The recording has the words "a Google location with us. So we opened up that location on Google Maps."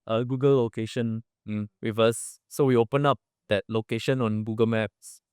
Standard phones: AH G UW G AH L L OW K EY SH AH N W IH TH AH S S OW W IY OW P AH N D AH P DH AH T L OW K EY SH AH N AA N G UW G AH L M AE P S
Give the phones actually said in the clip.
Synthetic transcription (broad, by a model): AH G UW G AH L L OW K EY SH AH N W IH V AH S S OW W IY OW P AH N AH P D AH T L OW K EY SH AH N AA N G UW G AH L M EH P S